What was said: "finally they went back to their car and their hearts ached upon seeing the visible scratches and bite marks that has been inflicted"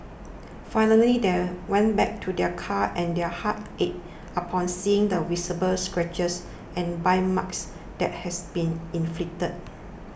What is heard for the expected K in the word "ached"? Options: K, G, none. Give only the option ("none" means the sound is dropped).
none